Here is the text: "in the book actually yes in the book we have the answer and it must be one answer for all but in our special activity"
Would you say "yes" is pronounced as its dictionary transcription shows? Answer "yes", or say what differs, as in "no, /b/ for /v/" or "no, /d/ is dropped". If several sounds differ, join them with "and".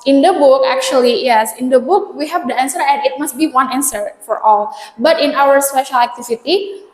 yes